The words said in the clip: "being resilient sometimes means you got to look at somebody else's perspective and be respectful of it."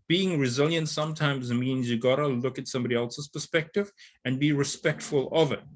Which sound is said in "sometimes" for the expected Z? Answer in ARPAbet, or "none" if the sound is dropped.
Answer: Z